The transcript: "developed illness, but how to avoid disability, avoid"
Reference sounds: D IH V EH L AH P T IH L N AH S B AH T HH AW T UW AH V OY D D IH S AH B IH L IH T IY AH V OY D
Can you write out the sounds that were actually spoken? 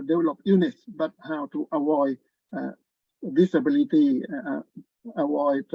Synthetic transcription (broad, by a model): D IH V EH L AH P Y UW N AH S B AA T HH AW T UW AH W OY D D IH S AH B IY L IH T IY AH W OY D